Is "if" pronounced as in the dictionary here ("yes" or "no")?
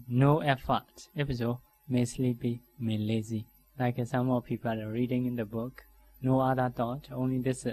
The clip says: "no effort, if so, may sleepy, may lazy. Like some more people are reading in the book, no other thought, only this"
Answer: no